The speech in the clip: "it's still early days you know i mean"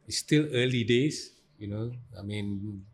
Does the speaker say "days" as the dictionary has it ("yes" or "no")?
no